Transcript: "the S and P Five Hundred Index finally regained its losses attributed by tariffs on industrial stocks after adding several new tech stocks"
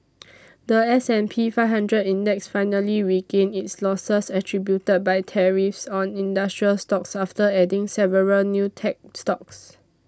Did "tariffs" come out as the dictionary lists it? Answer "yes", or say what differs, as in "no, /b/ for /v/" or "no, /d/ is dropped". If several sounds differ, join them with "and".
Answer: yes